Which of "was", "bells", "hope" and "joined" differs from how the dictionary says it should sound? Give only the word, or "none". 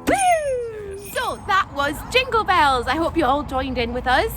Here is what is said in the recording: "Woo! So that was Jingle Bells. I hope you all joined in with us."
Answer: none